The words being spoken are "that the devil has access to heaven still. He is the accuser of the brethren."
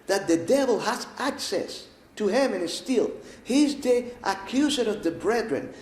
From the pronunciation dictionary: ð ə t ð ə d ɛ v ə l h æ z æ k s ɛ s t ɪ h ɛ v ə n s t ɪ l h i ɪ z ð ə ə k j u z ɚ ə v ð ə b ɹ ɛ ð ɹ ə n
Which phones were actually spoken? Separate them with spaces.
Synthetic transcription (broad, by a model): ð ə t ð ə d ɛ v ə l h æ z æ k s ɛ s t ɪ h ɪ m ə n s t ɪ l h i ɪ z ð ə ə k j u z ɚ ə v ð ə b ɹ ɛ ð ɹ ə n